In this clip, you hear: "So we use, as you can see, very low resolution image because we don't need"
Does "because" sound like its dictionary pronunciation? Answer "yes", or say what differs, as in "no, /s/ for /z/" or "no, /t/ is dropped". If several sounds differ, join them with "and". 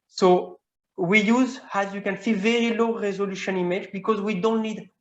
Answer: yes